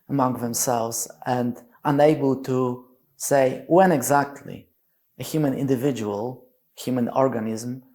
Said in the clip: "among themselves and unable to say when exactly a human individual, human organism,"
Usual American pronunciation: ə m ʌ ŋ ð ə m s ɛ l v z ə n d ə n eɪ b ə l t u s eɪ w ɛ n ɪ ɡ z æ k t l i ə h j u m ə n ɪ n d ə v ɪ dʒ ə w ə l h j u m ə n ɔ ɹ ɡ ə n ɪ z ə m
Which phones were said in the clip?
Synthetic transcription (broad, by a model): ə m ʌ ŋ ð ə m s ɛ l v z ə n d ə n eɪ b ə l t u s eɪ w ɛ n ɪ ɡ z æ k t l i ə h j u m ə n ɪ n d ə v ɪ dʒ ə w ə l h j u m ə n ɔ ɹ ɡ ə n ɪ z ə m